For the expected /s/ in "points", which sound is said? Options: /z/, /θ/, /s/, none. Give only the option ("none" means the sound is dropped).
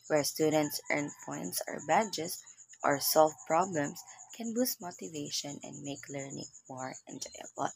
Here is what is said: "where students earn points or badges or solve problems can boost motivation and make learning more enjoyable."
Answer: /s/